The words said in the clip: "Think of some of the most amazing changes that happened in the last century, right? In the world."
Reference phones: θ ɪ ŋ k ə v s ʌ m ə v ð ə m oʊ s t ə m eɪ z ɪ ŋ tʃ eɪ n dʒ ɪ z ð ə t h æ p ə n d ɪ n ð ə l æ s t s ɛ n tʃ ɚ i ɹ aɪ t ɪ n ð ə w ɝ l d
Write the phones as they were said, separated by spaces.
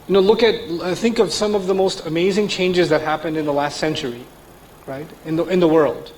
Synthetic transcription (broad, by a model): θ ɪ ŋ k ə v s ʌ m ə v ð ə m oʊ s t ə m eɪ z ɪ ŋ tʃ eɪ n dʒ ɪ z ð ə t h æ p ə n d ɪ n ð ə l æ s t s ɛ n tʃ ɚ i ɹ aɪ t ɪ n ð ə w ɝ l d